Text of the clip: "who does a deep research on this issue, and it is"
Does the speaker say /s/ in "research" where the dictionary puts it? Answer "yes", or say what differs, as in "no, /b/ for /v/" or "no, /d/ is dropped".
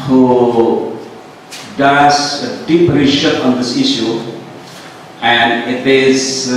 no, /ʃ/ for /s/